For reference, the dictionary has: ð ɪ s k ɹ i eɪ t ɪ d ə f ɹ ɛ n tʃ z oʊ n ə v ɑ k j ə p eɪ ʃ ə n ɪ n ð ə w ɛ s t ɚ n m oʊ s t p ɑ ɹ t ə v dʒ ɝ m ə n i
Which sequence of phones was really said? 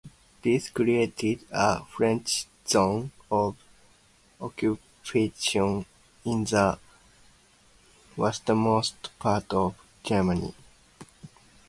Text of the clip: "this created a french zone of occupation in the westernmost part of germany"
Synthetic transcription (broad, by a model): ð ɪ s k ɹ i eɪ t ɪ d ə f ɹ ɛ n tʃ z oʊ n ə v ɑ k j ə p eɪ ʃ ə n ɪ n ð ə w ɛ s t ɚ m oʊ s t p ɑ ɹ t ə v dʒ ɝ m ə n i